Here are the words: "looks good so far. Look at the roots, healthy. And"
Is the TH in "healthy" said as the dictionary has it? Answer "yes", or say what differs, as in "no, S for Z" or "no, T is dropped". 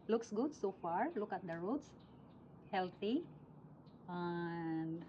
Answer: no, T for TH